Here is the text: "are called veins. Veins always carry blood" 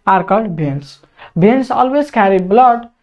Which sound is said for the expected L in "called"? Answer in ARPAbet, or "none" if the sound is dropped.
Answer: none